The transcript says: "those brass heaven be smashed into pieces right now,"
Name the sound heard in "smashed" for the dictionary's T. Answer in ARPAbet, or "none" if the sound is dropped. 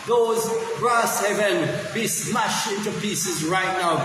none